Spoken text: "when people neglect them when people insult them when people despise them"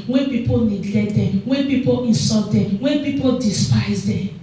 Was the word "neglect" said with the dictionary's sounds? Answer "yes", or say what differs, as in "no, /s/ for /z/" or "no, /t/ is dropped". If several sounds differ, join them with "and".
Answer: no, /k/ is dropped